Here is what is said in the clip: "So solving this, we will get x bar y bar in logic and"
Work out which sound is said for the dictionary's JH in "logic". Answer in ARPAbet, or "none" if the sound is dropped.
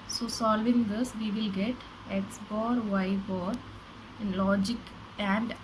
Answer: JH